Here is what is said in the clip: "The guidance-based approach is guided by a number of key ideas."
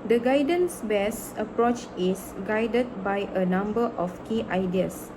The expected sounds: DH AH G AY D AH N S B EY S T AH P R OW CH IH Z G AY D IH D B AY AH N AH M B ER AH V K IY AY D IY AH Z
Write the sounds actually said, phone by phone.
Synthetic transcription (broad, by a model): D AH G AY D AH N S B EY S AH P R OW CH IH S G AY D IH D B AY AH N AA M B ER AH F K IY AY D IY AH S